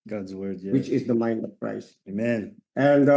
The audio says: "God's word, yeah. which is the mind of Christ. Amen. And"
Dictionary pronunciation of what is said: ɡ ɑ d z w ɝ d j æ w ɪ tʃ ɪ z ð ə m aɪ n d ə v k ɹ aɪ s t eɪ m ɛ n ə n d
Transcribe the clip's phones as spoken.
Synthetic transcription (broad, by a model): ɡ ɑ d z w ɝ d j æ w ɪ tʃ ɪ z ð ə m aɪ n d ə v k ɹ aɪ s eɪ m ɛ n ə n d